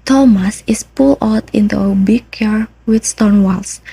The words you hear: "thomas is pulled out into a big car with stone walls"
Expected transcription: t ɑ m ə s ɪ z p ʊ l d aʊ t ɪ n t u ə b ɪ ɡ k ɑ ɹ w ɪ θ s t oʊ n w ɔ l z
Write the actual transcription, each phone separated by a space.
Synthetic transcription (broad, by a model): t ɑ m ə s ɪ s p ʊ l aʊ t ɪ n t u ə b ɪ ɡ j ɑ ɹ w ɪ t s t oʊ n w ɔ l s